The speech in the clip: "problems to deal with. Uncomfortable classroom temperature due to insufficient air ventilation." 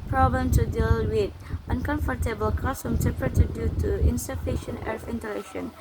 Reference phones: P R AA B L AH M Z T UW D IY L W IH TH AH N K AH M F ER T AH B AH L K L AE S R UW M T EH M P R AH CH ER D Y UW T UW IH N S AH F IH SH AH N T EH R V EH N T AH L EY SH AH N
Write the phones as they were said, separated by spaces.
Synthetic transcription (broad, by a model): P R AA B L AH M T UW D IY L W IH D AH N K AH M F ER T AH B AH L K AO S UW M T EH P AH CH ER D Y UW T UW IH N S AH F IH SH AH N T EH R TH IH N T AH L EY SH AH N